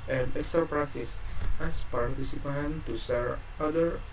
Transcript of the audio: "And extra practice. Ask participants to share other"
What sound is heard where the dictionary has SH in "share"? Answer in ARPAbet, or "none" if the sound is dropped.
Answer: S